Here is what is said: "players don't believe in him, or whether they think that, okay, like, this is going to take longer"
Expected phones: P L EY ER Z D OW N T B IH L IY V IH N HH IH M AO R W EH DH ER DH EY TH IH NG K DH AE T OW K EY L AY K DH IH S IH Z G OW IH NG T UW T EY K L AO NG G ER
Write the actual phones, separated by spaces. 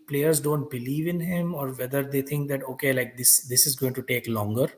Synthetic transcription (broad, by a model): P L EY ER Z D OW N T B IH L IY V IH N HH IH M AO R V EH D ER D EY T IH NG K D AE T OW K EY L AY K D IH S IH Z G OW IH NG T UW T EY K L AO NG G ER